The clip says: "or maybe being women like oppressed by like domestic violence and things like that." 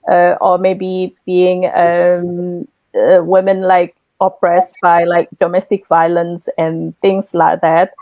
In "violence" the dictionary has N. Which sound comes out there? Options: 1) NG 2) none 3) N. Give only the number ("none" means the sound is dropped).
3